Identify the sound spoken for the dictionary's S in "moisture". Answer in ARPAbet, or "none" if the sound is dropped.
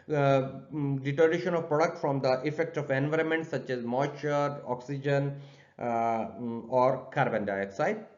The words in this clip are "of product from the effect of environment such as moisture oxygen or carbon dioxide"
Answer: none